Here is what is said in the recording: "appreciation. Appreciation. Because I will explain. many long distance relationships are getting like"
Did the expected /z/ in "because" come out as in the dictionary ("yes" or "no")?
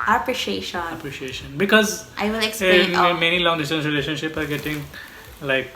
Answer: yes